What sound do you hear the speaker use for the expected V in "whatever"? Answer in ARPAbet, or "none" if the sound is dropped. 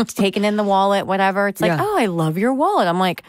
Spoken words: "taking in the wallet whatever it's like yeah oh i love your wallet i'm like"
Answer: V